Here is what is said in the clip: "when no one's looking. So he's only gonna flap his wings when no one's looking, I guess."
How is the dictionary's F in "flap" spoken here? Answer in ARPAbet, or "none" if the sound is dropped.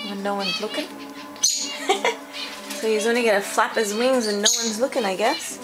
F